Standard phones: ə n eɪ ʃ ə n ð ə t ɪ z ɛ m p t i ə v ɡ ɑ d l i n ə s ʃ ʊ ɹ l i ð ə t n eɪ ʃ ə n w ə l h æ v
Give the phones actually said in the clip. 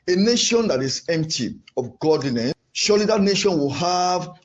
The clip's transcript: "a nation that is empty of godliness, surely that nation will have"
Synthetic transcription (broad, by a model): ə n eɪ ʃ ə n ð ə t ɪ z ɛ m p t i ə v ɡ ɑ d n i n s ʃ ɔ l i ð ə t n eɪ ʃ ə n w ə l h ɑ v